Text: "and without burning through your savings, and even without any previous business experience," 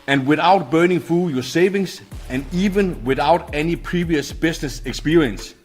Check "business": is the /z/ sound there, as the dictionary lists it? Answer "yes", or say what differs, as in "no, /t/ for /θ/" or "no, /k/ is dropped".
no, /s/ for /z/